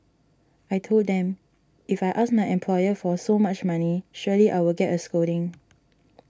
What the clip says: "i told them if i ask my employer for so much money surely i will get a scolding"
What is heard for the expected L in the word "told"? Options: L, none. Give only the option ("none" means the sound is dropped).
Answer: L